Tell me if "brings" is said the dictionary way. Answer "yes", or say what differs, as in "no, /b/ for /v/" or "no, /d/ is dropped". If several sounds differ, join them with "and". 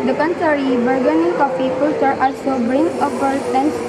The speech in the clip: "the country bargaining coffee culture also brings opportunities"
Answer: no, /z/ is dropped